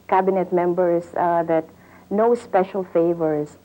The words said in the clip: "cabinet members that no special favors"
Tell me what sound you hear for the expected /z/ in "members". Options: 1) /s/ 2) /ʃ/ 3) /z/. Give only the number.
1